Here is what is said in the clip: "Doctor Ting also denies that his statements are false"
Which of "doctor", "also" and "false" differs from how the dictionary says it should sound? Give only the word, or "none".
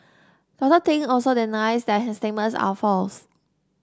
doctor